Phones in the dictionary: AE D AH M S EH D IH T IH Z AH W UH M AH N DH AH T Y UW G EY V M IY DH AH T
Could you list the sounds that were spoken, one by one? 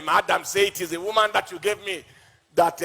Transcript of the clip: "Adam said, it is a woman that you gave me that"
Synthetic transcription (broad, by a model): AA D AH M S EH IH T IH Z AH W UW M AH N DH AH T Y UW G EY V M IY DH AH T